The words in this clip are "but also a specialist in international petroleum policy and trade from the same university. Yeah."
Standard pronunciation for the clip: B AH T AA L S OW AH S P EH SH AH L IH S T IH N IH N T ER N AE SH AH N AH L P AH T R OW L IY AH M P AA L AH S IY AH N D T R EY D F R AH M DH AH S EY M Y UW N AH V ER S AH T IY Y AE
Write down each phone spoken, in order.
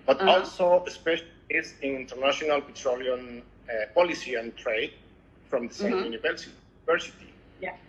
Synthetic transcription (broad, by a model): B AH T AA L S OW AH S P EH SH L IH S IH N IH N T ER N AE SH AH N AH L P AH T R OW L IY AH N P AA L AH S IY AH N T R EY D F R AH M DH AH S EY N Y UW N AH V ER S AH S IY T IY